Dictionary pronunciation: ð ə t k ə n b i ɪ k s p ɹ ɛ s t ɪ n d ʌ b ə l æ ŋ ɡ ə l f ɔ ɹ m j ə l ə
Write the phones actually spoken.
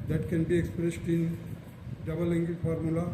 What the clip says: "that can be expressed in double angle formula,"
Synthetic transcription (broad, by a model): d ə t k ə n b i ɪ k s p ɹ ɛ s t ɪ n d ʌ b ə l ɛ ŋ ɡ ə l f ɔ ɹ m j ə l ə